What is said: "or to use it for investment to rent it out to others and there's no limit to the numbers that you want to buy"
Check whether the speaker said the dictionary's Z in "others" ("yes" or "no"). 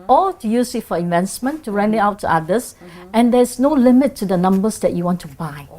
no